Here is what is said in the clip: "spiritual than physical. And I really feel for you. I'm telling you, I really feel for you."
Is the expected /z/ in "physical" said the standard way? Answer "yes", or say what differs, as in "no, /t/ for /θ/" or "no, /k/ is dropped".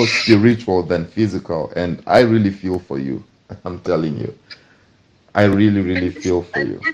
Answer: yes